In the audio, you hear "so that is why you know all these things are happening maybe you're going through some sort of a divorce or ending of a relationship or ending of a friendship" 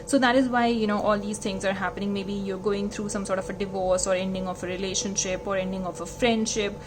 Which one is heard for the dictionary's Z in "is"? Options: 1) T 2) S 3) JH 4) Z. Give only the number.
4